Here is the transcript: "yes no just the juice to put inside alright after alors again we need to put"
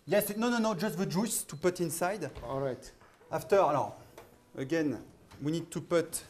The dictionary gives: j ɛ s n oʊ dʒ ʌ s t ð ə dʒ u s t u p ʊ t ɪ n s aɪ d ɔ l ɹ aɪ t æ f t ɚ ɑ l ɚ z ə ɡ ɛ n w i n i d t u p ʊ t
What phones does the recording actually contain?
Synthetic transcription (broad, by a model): j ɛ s n oʊ dʒ ʌ s t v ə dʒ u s t u p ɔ t ɪ n s aɪ d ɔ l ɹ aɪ t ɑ f t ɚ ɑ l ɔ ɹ ə ɡ ɛ n w i n i d t u p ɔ t